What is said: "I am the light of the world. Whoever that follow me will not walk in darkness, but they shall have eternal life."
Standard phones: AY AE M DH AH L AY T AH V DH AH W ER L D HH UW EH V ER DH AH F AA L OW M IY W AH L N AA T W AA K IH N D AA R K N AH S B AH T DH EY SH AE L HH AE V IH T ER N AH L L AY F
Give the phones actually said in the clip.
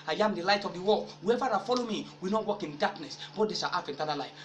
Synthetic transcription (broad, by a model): AY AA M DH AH L AY T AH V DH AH W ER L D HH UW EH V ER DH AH F AA L OW M IY W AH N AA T W AA K IH N D AA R K N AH S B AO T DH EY S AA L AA F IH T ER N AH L L AY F